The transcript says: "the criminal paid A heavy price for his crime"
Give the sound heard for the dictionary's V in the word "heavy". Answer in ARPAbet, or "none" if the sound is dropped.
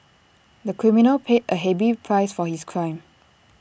B